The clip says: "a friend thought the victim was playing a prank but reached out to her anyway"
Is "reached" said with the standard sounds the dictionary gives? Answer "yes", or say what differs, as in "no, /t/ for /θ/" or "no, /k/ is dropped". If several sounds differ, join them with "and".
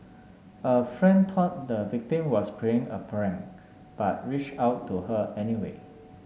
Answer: no, /t/ is dropped